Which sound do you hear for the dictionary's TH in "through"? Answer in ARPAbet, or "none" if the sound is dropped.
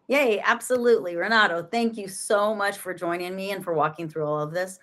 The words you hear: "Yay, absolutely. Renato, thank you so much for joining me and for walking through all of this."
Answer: TH